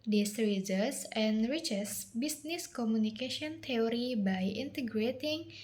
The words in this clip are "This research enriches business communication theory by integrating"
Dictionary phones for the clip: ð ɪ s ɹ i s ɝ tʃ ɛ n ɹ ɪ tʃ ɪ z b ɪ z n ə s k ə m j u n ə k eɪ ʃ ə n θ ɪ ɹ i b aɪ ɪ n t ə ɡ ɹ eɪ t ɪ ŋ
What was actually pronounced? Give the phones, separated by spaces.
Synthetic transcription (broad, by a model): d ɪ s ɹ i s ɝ s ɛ n ɹ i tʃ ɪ s b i s n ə s k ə m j u n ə k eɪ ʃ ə n t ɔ ɹ i b aɪ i n t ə ɡ ɹ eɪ t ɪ ŋ